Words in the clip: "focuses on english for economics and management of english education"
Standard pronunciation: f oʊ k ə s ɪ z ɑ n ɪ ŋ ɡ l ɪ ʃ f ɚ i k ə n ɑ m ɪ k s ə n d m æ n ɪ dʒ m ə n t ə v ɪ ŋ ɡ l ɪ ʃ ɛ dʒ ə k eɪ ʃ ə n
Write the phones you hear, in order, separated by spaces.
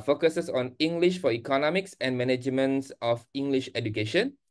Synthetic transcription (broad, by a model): f oʊ k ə s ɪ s ɑ n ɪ ŋ ɡ l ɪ ʃ f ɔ i k ə n ɑ m ɪ k s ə n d m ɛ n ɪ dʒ m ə n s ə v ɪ ŋ ɡ l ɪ ʃ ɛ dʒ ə k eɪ ʃ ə n